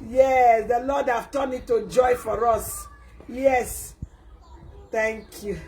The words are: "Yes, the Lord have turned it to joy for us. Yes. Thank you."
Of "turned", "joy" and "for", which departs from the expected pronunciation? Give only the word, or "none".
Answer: turned